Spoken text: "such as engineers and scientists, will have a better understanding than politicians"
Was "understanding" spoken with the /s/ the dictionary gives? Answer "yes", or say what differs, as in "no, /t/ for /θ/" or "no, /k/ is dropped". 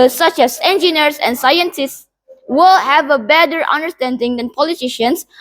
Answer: yes